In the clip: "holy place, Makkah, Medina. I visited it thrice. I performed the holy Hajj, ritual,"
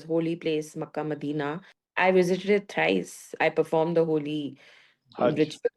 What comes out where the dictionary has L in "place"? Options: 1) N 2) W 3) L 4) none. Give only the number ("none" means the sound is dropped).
3